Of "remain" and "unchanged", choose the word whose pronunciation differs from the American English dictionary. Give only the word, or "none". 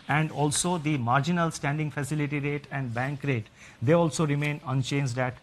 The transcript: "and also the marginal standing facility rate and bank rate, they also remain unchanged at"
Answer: none